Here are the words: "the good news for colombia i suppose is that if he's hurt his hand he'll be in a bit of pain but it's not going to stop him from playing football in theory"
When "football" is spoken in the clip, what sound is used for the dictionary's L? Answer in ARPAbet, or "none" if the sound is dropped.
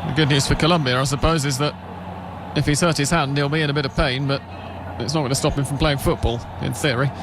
L